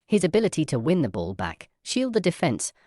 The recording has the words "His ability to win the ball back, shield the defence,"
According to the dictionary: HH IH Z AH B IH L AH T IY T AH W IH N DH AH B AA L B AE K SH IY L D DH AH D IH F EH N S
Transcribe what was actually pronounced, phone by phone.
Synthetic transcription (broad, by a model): HH IH Z AH B IH L AH T IY T AH W IH N DH AH B AA L B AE K SH IY L D DH AH D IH F EH N S